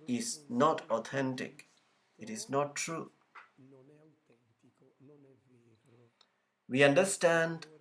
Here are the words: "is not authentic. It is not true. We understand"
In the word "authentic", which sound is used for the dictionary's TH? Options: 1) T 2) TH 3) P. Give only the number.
1